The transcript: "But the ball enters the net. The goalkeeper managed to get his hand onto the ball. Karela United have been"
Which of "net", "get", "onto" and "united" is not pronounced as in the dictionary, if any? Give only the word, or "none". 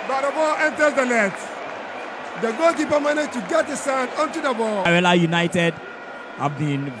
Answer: net